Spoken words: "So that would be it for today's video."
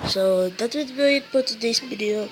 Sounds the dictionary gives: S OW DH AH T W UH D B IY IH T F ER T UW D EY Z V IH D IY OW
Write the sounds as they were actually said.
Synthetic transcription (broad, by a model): S OW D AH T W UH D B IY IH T P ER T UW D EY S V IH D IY OW